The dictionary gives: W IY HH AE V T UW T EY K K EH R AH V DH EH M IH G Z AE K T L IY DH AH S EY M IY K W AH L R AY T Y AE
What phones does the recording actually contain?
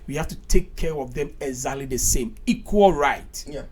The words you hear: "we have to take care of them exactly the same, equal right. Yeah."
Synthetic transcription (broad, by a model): W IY HH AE F T UW T EY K K EH R AH V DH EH M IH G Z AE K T L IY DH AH S EY M IY K W AH L R AY T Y